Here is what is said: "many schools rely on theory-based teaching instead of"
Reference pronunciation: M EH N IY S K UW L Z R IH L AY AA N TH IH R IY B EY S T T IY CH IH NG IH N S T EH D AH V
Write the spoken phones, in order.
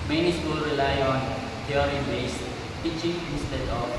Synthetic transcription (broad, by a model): M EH N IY S K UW L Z R IH L AY AA N T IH R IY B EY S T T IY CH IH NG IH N S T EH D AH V